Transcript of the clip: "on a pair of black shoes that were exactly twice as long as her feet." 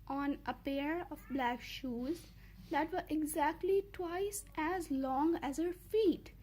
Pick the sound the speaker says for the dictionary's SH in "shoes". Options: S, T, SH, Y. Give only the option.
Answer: SH